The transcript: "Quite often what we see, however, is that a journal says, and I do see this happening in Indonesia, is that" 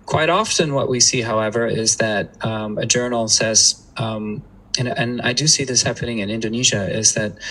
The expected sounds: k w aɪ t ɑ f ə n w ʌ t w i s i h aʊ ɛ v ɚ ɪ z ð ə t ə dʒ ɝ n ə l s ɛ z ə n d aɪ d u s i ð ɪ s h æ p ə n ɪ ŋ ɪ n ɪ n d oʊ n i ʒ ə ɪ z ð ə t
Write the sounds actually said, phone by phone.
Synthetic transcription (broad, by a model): k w aɪ t ɑ f ə n w ʌ t w i s i h aʊ ɛ v ɚ ɪ z ð ə t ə dʒ ɝ n l s ɛ z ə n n aɪ d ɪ s i ð ɪ s h æ p ə n ɪ ŋ ɪ n ɪ n d oʊ n i ʒ ə ɪ z ð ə t